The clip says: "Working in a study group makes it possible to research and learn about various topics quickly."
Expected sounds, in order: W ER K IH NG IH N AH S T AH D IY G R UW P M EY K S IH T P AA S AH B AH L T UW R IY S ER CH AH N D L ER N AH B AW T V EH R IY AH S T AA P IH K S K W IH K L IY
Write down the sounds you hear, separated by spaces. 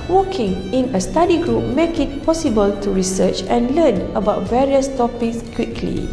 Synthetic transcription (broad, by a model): W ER K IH NG IH N AH S T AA D IY G R UW P M EY K IH T P AA S AH B AH L T UW R IY S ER CH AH N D L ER N AH B AW T V EH R IY AH S T AA P IH K S K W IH K L IY